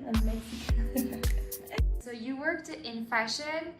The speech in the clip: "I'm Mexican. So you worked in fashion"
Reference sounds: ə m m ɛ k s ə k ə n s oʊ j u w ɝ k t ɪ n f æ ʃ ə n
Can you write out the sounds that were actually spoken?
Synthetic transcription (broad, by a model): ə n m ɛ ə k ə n s oʊ j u w ɝ k t ɪ n f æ ʃ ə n